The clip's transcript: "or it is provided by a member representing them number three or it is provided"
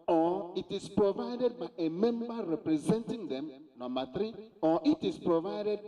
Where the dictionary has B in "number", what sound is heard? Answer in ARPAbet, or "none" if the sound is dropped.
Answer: none